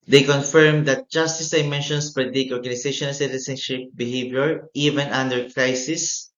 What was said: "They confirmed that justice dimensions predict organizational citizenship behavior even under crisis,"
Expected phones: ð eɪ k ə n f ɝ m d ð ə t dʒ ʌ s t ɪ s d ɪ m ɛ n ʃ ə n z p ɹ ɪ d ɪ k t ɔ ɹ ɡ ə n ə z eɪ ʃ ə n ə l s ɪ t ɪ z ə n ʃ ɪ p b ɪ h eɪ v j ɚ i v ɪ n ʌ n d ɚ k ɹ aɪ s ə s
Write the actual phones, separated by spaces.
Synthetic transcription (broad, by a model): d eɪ k ə n f ɝ m d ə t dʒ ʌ s t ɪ s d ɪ m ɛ n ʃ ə n s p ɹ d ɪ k ɔ ɹ ɡ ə n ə s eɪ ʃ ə n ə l s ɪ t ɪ s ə n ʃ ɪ p b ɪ h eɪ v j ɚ i v ɪ n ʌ n d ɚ k ɹ aɪ s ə s